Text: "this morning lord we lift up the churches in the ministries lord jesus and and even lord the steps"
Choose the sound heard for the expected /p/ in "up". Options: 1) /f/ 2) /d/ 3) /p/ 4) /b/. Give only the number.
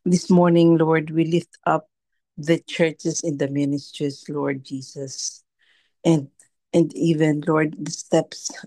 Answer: 3